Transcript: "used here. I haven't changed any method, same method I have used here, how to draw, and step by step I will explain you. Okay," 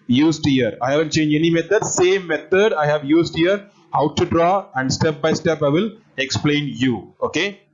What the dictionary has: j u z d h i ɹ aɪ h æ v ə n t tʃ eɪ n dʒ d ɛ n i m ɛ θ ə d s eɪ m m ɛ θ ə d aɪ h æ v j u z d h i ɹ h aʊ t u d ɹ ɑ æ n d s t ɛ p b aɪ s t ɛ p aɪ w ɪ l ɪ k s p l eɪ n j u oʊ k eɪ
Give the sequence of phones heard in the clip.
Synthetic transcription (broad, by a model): j u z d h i ɹ aɪ h æ v ə n t tʃ eɪ n dʒ ɛ n i m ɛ t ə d s eɪ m m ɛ t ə d aɪ h æ v j u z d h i ɹ h aʊ t u d ɹ ɑ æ n d s t ɛ p b aɪ s t ɛ p aɪ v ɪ l ɪ k s p l eɪ n j u oʊ k eɪ